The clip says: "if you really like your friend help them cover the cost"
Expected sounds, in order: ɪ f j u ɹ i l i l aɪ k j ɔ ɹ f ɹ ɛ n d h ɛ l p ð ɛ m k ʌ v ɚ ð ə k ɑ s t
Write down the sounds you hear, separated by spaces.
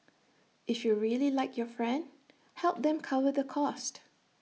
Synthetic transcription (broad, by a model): ɪ f j u ɹ i l i l aɪ k j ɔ f ɹ ɛ n d h ɛ l p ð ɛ m k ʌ v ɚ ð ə k ɑ s t